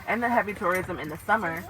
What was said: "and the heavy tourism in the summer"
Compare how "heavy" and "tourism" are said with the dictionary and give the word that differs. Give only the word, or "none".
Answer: none